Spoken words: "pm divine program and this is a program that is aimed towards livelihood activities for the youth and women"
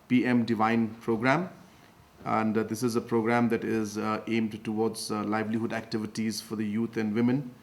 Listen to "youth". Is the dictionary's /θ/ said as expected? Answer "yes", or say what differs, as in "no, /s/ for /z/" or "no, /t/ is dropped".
no, /t/ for /θ/